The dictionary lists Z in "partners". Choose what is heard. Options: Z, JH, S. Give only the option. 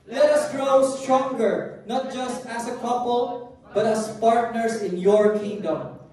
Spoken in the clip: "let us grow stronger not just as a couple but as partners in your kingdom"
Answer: S